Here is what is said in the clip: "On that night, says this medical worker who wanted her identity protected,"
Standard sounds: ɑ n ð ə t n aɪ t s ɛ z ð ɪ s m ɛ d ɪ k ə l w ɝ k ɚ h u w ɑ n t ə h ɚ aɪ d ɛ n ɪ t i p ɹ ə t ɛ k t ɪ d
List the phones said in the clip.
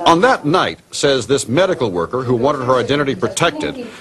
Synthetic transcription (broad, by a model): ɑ n ð ə t n aɪ t s ɛ z ð ɪ s m ɛ d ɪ k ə l w ɝ k ɚ h u w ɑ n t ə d ɚ aɪ d ɛ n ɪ t i p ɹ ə t ɛ k t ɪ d